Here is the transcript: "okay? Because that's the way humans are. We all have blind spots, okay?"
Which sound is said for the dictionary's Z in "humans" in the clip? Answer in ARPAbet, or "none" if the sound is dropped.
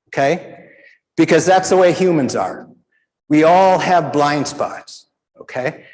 Z